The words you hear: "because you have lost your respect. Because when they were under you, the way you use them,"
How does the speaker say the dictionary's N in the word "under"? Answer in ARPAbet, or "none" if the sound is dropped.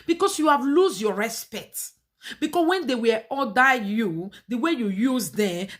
none